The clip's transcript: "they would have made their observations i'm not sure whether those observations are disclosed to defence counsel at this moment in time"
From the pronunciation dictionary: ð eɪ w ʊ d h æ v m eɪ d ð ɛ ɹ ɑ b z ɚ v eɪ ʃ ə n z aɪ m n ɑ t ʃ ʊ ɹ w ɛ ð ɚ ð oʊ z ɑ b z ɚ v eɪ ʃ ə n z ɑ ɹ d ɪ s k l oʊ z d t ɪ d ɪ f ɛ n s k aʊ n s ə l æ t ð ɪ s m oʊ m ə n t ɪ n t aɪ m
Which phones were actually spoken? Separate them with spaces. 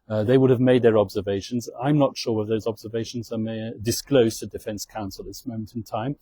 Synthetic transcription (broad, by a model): ð eɪ w ʊ d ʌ v m eɪ d ð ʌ ɹ ɑ b z ɚ v eɪ ʃ ə n z aɪ m n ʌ t ʃ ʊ ɹ w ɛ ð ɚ ð oʊ z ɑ b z ɚ v eɪ ʃ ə n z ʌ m d ɪ s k l oʊ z t ɪ d ɪ f ɛ n s k aʊ n s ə l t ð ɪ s m oʊ m ə n t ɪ n t aɪ m